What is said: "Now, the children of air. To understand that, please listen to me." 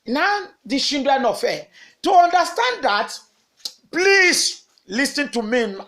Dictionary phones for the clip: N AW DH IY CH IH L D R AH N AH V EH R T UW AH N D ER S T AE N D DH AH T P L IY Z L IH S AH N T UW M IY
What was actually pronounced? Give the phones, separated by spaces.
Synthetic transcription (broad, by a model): N AW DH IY SH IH N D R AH N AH F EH T UW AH N D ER S T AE N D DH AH T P L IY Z L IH S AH N T UW M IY